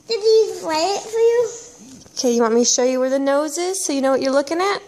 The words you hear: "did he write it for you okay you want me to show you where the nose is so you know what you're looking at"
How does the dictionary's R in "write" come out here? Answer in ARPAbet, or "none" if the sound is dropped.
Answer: L